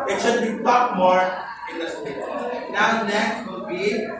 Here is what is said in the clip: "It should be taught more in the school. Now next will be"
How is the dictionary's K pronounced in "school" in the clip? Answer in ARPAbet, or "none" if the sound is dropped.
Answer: none